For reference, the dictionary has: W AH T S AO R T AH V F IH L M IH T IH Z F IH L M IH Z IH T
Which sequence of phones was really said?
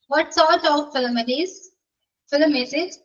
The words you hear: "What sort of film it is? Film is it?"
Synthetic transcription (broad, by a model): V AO T S AO R T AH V F IH L M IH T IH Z F IH L M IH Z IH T